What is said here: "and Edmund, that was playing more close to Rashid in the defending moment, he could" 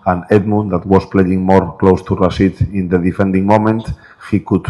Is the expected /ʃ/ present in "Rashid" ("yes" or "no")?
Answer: no